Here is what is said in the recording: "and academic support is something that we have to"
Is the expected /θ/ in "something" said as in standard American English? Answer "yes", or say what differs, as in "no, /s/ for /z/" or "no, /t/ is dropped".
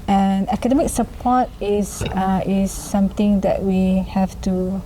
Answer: no, /t/ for /θ/